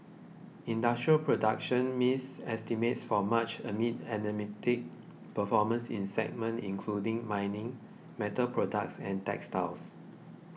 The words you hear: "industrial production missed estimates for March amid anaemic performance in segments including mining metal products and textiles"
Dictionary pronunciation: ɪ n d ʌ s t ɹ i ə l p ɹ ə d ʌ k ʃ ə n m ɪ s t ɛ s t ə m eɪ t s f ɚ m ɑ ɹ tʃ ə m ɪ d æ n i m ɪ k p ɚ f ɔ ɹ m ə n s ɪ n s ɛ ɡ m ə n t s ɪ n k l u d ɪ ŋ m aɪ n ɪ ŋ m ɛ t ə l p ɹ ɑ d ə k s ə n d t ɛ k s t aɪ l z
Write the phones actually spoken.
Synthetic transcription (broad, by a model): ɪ n d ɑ s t ɹ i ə l p ɹ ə d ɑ k ʃ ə n m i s ɛ s t ə m eɪ t s f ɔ m ɑ tʃ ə m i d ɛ n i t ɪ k p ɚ f ɔ m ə n s ɪ n s ɛ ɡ m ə n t ɪ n k l u d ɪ ŋ m aɪ n ɪ ŋ m ɛ t ə l p ɹ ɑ d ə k s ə n t ɛ k s t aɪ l s